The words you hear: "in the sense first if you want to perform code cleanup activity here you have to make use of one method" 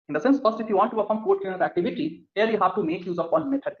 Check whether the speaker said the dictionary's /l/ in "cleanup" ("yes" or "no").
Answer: no